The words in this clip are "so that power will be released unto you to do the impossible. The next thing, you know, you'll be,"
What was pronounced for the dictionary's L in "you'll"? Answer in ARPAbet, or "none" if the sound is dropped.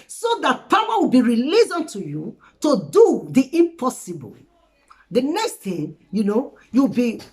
W